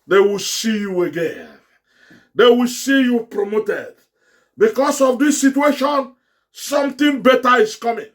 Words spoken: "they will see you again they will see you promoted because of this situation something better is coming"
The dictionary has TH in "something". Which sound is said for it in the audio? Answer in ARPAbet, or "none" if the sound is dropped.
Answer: T